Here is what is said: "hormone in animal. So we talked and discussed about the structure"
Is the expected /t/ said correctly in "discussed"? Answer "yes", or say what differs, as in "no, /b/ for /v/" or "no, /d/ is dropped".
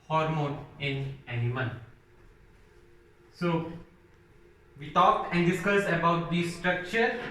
no, /t/ is dropped